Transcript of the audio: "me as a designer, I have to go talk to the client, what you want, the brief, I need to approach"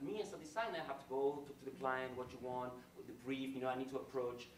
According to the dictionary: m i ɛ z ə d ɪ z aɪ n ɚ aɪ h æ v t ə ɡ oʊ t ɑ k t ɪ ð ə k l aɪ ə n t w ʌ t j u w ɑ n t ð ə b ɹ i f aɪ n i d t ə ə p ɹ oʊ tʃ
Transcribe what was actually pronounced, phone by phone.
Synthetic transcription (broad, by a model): m i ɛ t ə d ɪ s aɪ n aɪ h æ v t ə ɡ oʊ t ɑ k t ɪ ð ə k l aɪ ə n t w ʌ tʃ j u w ɑ n t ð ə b ɹ i f aɪ n i d t ə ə p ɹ oʊ tʃ